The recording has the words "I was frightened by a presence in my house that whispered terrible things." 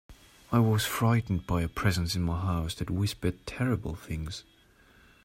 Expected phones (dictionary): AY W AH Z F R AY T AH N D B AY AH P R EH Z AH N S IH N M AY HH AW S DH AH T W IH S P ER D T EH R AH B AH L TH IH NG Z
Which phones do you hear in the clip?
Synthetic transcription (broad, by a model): AY W AH Z F R AY T N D B AY AH P R EH Z AH N S IH N M AY HH AW S DH AH T W IH S P ER D T EH R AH B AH L TH IH NG Z